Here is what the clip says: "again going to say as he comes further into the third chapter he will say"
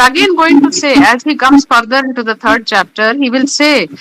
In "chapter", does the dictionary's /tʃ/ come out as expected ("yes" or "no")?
yes